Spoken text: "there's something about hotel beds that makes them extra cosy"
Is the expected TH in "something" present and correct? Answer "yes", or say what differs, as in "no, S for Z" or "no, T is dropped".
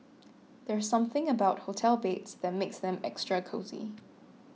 yes